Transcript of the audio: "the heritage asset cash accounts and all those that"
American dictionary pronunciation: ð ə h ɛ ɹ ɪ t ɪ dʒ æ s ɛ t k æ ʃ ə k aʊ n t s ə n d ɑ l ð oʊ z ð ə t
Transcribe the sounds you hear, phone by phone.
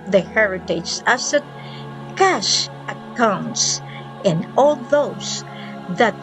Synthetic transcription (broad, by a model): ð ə h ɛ ɹ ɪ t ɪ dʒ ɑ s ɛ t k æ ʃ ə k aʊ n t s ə n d ɑ l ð oʊ s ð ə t